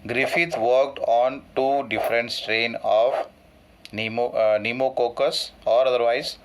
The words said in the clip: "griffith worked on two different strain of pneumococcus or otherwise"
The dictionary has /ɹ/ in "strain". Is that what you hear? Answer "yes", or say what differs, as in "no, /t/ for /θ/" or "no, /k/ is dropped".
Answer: yes